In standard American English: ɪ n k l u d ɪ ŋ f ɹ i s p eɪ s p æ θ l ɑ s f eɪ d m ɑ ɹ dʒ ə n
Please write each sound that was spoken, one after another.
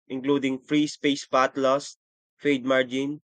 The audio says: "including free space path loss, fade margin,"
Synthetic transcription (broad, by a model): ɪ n k l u d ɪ ŋ f ɹ i s p eɪ s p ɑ t l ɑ s f eɪ d m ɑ ɹ dʒ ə n